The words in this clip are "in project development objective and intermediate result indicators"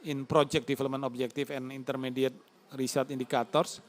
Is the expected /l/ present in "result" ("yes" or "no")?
no